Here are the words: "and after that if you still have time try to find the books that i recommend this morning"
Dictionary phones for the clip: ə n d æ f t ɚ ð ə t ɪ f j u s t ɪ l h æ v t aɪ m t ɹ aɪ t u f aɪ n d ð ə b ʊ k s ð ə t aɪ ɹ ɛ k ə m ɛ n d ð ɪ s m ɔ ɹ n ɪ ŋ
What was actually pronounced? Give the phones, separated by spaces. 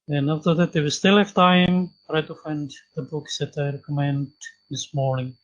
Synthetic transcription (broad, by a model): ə n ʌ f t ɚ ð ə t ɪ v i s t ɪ l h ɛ f t aɪ m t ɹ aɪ t u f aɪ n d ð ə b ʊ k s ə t aɪ ɹ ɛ k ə m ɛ n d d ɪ s m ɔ ɹ n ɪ ŋ